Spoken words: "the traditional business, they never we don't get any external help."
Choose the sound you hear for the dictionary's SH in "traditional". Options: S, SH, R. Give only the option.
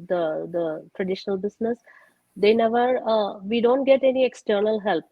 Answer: SH